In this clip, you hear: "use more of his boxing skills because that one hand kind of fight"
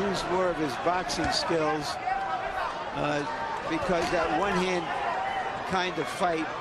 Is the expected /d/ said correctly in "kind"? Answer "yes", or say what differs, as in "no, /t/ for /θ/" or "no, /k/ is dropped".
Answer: yes